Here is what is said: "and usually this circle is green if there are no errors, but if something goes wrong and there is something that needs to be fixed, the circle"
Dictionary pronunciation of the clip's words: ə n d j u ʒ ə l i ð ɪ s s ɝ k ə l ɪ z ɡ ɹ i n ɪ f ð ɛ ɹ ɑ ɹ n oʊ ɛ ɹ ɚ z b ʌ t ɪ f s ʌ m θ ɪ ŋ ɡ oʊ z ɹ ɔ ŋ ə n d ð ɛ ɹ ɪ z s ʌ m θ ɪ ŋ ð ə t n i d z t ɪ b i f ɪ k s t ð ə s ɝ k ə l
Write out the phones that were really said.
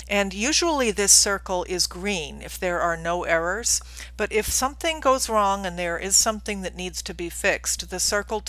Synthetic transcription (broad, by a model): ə n j u ʒ ə l i ð ɪ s s ɝ k l ɪ z ɡ ɹ i n ɪ f ð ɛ ɹ ɑ ɹ n oʊ ɛ ɹ ɚ z b ʌ t ɪ f s ʌ m θ ɪ ŋ ɡ oʊ z ɹ ɔ ŋ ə n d ð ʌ ɹ ɪ z s ʌ m θ ɪ ŋ ð ə t n i d z t ɪ b i f ɪ k s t ð ə s ɝ k l